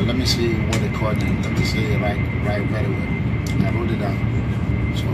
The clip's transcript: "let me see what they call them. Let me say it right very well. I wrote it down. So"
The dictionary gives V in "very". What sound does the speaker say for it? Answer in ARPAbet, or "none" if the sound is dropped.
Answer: W